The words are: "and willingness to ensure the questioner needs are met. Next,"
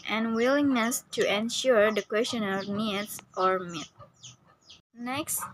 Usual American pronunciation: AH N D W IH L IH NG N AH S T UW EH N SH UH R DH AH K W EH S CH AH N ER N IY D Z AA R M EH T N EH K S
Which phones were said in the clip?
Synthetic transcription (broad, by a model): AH N W IH L IH NG N AH S T UW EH N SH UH R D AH K W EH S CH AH N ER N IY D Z AA R M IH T N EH K S